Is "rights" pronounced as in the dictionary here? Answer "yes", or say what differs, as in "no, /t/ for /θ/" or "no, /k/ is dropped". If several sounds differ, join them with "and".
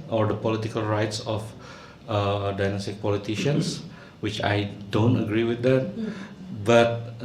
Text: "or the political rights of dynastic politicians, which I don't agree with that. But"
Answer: yes